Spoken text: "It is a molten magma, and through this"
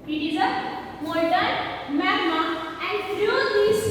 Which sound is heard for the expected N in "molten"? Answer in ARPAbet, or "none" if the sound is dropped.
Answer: L